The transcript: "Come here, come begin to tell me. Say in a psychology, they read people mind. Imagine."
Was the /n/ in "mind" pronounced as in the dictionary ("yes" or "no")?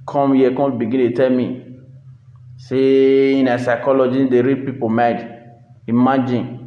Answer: no